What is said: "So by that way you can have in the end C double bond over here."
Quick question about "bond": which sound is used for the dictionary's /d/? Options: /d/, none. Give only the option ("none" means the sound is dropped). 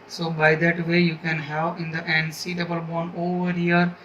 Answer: none